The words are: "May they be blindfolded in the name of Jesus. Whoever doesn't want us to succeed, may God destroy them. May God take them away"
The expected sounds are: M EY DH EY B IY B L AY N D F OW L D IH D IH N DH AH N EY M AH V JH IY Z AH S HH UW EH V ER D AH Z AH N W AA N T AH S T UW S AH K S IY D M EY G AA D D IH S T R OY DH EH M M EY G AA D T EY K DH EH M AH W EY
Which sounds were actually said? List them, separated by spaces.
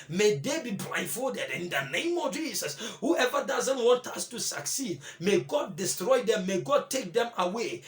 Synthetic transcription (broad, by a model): M EY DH EY B IY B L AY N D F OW D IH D IH N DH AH N EY M AH V JH IY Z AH S HH UW EH V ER D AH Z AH N W AA N T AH S T UW S AH K S IY D M EY G AA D D IH S T R OY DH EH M M EY G AA D T EY K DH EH M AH W EY